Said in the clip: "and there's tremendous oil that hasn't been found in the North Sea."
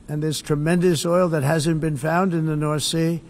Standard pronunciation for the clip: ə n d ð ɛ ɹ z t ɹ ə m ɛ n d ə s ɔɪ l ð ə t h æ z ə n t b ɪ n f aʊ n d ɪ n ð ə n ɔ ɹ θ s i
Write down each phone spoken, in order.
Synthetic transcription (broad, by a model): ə n ð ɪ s t ɹ ə m ɛ n d ə s ɔɪ l ð ə t h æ z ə n b ɪ n f aʊ n d ɪ n ð ə n ɔ ɹ θ s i